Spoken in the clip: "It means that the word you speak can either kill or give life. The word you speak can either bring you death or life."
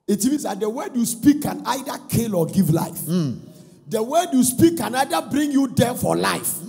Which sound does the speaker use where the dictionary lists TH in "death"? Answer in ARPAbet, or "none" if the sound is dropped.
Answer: F